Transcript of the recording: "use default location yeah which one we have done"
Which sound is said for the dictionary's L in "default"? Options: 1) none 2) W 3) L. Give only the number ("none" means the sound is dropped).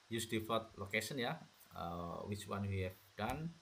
1